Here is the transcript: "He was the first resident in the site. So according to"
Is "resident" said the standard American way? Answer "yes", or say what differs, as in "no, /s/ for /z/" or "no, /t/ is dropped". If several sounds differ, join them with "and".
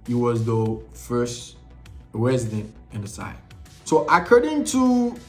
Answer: yes